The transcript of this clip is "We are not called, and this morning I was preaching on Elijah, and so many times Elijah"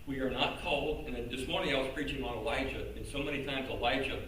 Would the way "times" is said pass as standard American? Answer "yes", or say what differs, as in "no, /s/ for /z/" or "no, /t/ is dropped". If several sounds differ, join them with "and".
yes